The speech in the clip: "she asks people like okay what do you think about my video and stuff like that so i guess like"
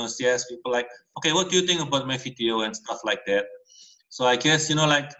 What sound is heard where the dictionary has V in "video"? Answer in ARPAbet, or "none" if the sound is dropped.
F